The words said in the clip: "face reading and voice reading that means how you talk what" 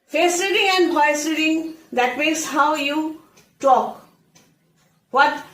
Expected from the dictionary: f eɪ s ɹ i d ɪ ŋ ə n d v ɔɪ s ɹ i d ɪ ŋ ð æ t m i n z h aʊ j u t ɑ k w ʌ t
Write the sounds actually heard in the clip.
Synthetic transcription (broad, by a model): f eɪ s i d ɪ ŋ ə n d p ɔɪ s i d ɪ ŋ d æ t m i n s h aʊ j u t ɑ k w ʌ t